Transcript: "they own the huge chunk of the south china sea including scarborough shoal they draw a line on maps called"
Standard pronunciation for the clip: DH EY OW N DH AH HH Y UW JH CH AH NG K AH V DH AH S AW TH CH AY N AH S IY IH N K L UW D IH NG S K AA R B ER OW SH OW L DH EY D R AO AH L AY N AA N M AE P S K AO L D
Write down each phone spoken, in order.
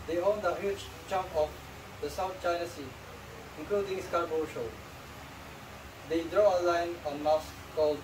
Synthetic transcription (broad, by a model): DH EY OW N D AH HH Y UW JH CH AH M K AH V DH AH S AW T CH AY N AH S IY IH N K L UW D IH NG S K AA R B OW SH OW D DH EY D R AO AH L AY N AA N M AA S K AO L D